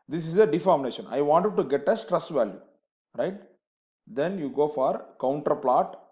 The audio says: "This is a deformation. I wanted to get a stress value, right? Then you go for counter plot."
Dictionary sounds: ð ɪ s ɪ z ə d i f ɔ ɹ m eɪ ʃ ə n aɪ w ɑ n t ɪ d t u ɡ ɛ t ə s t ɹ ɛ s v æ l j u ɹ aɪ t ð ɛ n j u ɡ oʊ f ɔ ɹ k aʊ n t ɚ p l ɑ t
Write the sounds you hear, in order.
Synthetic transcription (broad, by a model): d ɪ s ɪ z ə d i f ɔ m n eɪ ʃ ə n aɪ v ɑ n t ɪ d t u ɡ ɛ t ə s t ɹ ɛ s v æ l j u ɹ aɪ t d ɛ n j u ɡ oʊ f ɔ ɹ k aʊ n t ɚ p l ɑ t